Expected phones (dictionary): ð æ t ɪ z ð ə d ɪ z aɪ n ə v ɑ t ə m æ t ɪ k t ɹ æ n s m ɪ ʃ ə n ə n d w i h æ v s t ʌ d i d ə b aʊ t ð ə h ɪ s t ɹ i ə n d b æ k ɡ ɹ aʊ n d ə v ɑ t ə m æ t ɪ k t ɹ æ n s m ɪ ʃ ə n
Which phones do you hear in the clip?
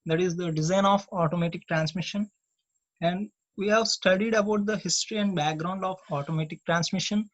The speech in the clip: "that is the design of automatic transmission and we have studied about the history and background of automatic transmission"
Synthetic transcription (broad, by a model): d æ t ɪ z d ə d ɪ z aɪ n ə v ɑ t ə m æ t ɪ k t ɹ æ n s m ɪ ʃ ə n ə n d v i h æ v s t ʌ d i d ə b aʊ t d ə h ɪ s t ɹ i ə n d b æ k ɡ ɹ aʊ n d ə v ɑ t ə m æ t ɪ k t ɹ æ n s m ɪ ʃ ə n